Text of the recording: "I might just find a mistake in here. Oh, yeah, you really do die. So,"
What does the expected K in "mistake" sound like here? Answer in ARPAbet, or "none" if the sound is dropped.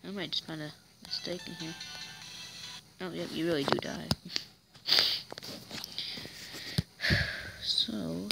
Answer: K